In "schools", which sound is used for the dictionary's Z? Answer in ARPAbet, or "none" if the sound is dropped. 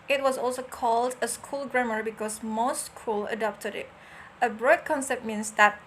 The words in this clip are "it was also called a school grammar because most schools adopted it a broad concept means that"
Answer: none